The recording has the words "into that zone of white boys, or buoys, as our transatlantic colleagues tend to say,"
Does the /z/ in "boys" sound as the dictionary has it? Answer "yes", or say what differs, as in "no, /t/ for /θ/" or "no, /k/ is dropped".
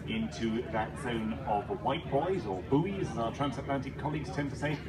yes